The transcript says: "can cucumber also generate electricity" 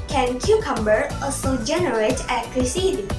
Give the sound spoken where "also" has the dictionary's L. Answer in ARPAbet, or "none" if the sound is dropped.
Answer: none